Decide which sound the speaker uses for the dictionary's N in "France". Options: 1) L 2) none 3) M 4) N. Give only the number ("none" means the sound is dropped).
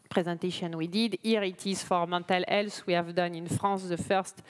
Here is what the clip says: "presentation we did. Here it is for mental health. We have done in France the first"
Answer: 2